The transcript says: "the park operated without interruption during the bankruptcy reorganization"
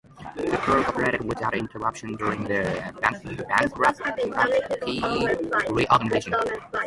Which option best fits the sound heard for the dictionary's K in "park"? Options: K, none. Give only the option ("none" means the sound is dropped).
none